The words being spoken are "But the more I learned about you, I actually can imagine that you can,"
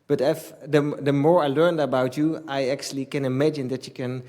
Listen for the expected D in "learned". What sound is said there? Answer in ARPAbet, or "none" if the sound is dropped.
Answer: D